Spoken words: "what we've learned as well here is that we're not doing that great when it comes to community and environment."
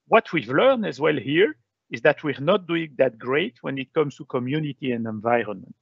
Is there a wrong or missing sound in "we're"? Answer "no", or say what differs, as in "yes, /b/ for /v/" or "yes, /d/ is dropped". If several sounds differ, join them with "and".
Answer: no